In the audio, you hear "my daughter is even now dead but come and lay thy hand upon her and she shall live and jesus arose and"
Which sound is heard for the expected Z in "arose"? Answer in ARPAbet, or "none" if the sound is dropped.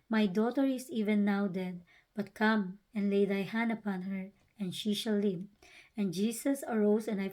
S